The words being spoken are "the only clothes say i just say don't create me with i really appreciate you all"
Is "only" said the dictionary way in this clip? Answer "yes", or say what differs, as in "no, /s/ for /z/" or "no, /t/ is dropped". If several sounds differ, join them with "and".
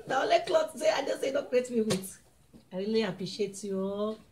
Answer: no, /n/ is dropped